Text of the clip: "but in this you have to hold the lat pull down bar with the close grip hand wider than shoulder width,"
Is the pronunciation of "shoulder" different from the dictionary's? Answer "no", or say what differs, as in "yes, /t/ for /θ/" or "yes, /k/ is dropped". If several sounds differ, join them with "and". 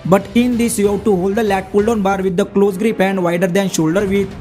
no